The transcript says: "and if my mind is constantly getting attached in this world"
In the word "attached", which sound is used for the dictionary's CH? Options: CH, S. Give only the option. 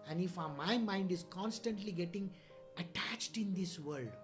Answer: CH